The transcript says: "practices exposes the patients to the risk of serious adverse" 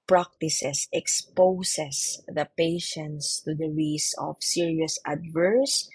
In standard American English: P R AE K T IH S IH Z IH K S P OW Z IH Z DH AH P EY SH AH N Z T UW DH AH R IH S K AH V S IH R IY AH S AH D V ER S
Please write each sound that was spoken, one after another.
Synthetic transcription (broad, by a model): P R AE K T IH S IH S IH K S P OW S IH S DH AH P EY SH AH N S T UW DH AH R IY S AH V S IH R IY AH S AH D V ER S